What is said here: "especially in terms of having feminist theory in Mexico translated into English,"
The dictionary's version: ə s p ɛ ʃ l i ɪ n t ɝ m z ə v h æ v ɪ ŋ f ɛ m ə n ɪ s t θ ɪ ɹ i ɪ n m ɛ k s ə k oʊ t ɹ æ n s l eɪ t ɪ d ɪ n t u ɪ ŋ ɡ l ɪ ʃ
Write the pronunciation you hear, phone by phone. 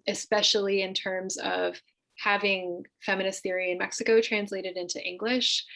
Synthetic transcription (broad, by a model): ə s p ɛ ʃ l i ɪ n t ɝ m z ə v h æ v ɪ ŋ f ɛ m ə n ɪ s θ ɪ ɹ i ɪ n m ɛ k s ə k oʊ t ɹ æ n s l eɪ t ɪ d ɪ n t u ɪ ŋ ɡ l ɪ ʃ